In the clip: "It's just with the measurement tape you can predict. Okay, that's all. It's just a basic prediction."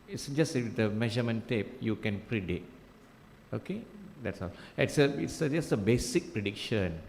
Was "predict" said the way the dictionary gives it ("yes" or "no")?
no